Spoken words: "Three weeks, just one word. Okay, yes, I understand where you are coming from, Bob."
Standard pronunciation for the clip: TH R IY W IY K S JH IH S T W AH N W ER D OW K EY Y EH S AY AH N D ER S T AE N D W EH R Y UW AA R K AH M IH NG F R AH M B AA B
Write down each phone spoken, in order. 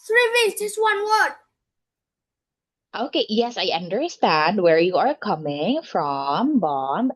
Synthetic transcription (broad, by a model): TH R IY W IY S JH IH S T W AH N W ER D OW K EY Y EH S AY AH N D ER S T AE N D W EH R Y UW AA R K AH M IH NG F R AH M B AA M